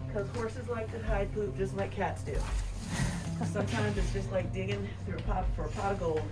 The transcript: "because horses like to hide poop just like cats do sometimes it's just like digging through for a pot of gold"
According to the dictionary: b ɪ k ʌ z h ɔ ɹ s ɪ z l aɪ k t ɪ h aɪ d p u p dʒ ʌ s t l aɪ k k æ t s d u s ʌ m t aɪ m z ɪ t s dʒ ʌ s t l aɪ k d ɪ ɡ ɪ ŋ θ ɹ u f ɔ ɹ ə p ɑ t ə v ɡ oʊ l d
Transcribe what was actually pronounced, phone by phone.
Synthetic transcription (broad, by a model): k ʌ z h ɔ ɹ s ɪ z l aɪ k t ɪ h aɪ d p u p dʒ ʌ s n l aɪ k k æ t s d u s ʌ m t aɪ m z ɪ t s dʒ ʌ s t l aɪ k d ɪ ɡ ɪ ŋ θ ɹ u p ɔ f ə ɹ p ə ɡ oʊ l